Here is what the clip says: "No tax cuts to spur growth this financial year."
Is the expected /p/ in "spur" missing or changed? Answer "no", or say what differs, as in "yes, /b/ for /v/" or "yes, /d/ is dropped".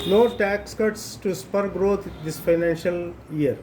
no